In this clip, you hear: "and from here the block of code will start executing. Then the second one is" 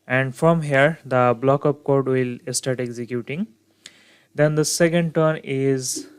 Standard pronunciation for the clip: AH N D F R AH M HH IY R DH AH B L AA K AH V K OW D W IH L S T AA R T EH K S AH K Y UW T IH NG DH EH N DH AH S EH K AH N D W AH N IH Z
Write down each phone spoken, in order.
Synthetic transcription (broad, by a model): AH N D F R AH M HH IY R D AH B L AA K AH P K OW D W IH L S T AA R T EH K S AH K Y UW T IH NG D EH N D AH S EH K AH N D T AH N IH Z